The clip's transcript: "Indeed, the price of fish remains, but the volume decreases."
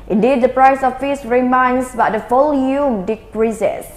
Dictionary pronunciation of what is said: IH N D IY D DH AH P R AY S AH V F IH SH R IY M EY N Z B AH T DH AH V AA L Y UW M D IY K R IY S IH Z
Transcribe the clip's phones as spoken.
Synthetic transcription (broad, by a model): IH N D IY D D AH P R AY S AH F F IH S R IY M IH N S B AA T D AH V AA L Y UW M D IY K R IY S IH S